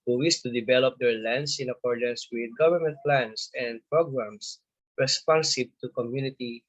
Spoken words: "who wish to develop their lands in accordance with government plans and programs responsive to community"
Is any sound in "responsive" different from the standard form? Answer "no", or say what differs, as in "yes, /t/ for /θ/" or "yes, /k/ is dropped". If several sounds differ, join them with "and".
yes, /b/ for /v/